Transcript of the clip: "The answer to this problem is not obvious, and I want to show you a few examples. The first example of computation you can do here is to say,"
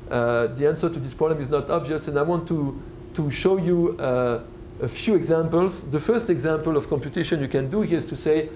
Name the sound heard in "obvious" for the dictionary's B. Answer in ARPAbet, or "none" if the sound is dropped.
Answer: B